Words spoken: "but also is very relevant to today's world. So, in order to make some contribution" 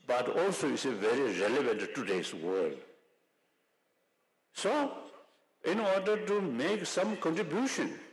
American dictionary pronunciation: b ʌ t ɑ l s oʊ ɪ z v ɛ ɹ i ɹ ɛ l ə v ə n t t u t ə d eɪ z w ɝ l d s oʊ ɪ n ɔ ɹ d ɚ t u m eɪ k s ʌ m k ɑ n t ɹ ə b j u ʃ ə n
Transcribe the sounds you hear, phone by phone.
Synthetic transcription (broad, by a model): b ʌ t ɑ l s oʊ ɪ s v ɛ ɹ i ɹ ɛ l ə v ə n t t u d eɪ s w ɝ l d s oʊ ɪ n ɔ ɹ d ɚ t u m eɪ k s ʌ m k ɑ n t ɹ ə b j u ʃ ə n